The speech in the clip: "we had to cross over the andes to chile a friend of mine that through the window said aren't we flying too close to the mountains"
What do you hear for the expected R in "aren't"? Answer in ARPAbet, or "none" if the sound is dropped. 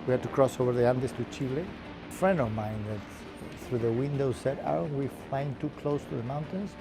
none